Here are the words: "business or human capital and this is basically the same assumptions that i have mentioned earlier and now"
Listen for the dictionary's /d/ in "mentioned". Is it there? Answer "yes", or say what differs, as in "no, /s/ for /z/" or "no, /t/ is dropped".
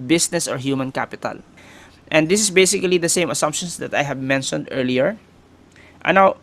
yes